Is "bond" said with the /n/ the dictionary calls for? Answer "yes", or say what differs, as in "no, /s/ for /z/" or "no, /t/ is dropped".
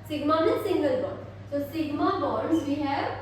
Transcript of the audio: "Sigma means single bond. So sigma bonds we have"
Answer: no, /n/ is dropped